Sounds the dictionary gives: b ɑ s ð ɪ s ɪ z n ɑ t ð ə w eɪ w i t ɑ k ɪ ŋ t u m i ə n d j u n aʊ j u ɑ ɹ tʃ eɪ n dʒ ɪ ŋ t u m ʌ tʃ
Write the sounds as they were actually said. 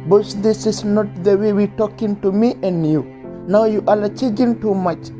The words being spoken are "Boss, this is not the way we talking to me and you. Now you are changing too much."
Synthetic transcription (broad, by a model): b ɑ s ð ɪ s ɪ s n ɑ t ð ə w eɪ w i t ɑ k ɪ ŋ t u m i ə n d j u n aʊ j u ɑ l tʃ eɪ dʒ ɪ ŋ t u m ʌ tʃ